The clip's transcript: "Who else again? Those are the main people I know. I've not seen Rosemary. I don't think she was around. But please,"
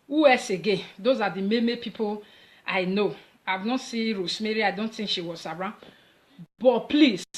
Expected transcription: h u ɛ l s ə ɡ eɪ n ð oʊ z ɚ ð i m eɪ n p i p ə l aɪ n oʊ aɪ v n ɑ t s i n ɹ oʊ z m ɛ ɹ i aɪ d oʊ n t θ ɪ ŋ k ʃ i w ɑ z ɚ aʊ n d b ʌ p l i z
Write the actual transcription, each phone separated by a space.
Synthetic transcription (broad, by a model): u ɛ s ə ɡ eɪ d oʊ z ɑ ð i m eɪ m p i p ə l aɪ n oʊ aɪ v n ɑ t s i ɹ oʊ s m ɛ ɹ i aɪ d oʊ n t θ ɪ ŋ k ʃ i w ɑ z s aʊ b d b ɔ p l i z